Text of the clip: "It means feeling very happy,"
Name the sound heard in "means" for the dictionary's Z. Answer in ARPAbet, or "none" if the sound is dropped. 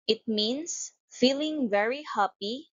S